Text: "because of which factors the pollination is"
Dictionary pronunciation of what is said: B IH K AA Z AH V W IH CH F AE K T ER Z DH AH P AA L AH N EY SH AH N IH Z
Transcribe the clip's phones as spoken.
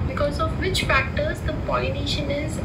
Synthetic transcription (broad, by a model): B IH K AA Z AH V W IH CH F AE K T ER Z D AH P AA AH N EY SH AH N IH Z